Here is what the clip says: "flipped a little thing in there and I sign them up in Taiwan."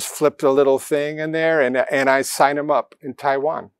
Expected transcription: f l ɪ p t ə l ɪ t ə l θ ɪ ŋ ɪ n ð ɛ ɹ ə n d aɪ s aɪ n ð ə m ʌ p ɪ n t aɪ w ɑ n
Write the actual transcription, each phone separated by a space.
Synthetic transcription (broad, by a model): f l ɪ p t ə l ɪ t l θ ɪ ŋ ɪ n ð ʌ ɹ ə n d aɪ s aɪ n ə m ʌ p ɪ n t aɪ w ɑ n